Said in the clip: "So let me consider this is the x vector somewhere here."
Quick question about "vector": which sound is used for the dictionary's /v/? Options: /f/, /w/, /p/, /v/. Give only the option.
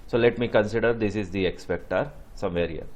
/p/